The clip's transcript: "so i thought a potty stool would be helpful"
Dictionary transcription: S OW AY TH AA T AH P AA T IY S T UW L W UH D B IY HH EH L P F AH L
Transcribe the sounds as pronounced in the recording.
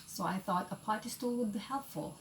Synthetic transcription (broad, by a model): S OW AY TH AA T AH P AA T IY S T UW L W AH D B IY HH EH L P F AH L